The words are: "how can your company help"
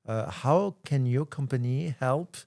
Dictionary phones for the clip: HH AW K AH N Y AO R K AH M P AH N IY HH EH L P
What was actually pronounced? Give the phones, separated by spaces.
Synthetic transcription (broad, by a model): HH AW K AH N Y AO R K AH M P AH N IY HH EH L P